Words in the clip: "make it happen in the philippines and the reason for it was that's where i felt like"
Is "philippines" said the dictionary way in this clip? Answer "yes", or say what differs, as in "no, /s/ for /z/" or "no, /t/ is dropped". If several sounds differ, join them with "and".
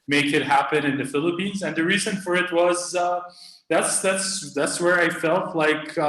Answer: yes